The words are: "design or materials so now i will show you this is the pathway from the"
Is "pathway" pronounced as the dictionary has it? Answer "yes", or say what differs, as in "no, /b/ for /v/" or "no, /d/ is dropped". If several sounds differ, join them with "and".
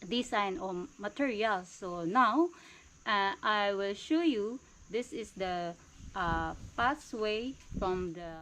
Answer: no, /s/ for /θ/